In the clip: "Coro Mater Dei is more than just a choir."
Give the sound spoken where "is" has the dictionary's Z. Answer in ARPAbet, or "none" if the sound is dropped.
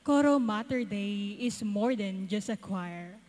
S